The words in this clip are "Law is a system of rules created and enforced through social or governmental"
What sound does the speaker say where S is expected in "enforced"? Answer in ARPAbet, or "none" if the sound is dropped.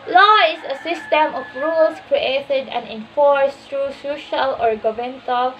S